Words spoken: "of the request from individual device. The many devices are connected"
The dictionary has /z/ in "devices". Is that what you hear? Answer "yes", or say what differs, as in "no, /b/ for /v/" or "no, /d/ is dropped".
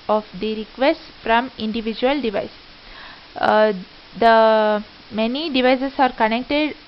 no, /s/ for /z/